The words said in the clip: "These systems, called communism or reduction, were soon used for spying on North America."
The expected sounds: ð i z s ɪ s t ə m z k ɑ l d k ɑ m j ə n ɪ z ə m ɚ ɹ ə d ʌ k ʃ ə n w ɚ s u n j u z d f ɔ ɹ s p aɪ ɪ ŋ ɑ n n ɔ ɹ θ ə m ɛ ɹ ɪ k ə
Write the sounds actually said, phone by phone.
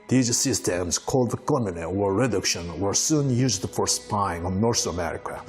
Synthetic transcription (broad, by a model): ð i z s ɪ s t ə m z k ɑ l d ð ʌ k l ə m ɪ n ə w ɚ ɹ ə d ʌ k ʃ ə n w ɚ s u n j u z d f ɔ ɹ s p aɪ ɪ ŋ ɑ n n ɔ ɹ s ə m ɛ ɹ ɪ k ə